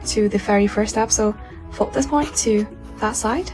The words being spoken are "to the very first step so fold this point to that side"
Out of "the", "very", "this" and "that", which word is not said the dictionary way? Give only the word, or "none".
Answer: very